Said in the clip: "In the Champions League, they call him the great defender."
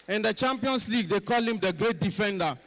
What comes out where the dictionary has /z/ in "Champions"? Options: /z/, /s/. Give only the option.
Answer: /s/